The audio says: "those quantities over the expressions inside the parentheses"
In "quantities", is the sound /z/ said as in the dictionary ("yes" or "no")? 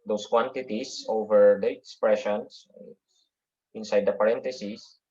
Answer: no